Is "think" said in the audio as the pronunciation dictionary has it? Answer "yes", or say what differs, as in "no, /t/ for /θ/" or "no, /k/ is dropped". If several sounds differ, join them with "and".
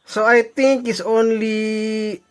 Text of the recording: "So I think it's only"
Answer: no, /t/ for /θ/